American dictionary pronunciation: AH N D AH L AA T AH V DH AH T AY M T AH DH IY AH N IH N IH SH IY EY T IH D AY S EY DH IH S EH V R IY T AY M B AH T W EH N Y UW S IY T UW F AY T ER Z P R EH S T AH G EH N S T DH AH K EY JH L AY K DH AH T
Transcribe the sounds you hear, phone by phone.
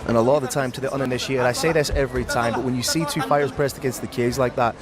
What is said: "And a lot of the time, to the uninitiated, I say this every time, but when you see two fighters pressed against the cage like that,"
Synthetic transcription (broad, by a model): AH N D AH L AA T AH V DH AH T AY M T AH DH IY AH N IH N IH SH IY EY T IH D AY S EY DH IH S EH V R IY T AY M B AH T W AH N Y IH S IY T UW F AY ER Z P R EH S T AH G EH N S T DH AH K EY Z L AY K DH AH T